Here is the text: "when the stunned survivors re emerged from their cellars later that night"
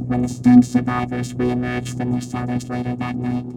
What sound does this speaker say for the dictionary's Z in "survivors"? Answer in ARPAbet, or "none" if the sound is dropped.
Z